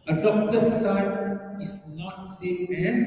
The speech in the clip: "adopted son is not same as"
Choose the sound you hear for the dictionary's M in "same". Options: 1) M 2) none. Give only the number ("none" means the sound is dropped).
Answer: 2